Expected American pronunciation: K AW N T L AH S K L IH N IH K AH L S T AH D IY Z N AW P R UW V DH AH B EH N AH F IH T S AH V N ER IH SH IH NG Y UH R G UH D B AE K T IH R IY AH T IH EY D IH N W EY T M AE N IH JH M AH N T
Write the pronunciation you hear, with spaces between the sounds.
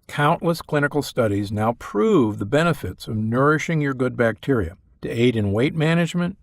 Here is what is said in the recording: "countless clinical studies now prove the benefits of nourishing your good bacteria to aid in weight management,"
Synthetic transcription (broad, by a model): K AW N T L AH S K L IH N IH K L S T AH D IY Z N AW P R UW V DH AH B EH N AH F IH T S AH V N ER IH SH IH NG Y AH R G UH D B AE K T IH R IY AH T IH EY D IH N W EY T M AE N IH JH M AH N T